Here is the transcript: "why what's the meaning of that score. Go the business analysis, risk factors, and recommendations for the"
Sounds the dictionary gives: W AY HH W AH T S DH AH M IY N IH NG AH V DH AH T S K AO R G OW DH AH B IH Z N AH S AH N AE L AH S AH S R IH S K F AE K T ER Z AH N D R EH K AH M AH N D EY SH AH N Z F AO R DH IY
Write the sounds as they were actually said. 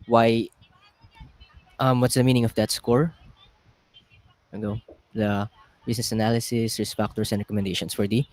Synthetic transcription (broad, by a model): W AY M W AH T S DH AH M IY N IH NG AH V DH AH T S K AO R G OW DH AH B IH S N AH S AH N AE L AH S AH S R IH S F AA K T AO S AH N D R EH K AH M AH N D EY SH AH N S F AO R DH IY